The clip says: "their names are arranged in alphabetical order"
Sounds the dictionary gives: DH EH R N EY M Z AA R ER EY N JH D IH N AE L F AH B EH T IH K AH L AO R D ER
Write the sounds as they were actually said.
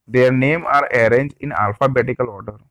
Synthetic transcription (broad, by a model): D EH R N EY M AA R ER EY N JH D IH N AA L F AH B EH T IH K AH L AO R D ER